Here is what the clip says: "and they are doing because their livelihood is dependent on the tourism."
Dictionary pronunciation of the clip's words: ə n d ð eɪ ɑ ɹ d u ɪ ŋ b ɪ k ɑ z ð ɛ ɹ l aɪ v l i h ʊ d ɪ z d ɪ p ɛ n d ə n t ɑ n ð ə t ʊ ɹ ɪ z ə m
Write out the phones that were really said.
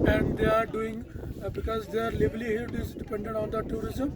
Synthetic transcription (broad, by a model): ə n d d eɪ ɑ ɹ d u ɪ ŋ b ɪ k ɑ z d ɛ ɹ l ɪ b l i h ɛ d ɪ z d ɪ p ɛ n d ə n t ɑ n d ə t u ɹ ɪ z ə m